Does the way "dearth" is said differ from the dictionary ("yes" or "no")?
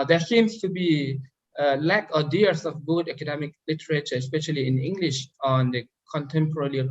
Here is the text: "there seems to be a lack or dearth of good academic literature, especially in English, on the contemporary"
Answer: yes